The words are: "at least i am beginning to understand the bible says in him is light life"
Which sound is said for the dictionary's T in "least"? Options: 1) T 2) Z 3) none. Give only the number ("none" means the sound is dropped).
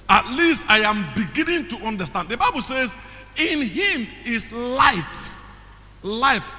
1